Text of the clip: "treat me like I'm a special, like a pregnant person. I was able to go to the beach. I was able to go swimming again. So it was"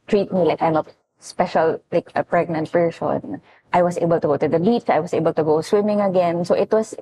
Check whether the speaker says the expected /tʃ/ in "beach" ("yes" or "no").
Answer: no